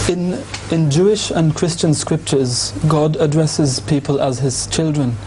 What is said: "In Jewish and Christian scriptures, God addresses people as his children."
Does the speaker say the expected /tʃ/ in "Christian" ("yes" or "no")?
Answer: yes